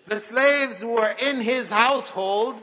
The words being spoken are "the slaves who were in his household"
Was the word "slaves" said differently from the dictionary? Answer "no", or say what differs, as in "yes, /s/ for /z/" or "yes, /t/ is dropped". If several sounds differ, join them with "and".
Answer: no